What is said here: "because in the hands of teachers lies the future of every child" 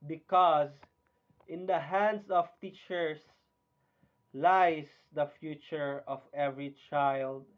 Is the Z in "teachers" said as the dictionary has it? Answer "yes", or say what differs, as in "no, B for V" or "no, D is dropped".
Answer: no, S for Z